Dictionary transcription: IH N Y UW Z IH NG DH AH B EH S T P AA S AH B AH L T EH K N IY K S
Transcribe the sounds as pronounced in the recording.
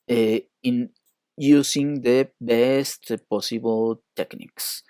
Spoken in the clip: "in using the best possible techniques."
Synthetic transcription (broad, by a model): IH N Y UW S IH NG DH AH B EH S T P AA S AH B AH L T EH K N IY K S